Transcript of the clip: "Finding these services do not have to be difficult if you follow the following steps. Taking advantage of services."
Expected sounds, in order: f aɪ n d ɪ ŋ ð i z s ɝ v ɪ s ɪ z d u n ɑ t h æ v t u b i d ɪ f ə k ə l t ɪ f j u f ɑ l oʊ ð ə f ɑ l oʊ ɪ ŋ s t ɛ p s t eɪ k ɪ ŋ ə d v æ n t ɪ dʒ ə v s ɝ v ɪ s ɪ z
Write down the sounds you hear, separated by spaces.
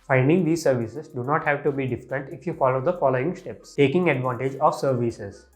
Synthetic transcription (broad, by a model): f aɪ n d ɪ ŋ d i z s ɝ v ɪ s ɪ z d u n ɑ t h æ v t u b i d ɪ f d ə n t ɪ f j u f ɑ l oʊ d ə f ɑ l oʊ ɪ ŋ s t ɛ p s t eɪ k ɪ ŋ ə d v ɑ n t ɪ dʒ ə v s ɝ v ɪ s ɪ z